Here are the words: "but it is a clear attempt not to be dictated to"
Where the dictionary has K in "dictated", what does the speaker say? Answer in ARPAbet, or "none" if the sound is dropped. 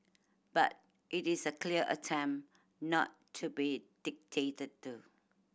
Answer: K